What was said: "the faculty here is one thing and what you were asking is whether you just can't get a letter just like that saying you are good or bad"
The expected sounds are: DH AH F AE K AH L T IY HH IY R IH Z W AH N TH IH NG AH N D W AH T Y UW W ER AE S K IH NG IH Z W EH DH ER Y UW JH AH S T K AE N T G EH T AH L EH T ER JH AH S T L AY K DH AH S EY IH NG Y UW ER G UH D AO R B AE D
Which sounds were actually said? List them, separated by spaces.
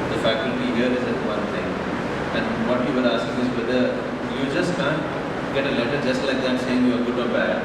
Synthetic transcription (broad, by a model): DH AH F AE K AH T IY HH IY R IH Z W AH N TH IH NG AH N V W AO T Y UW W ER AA S K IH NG IH Z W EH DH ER Y UW JH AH S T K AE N G EH T AH L EH T ER JH AH S T L AY K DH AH S EY IH NG Y UW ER G UH D AO R B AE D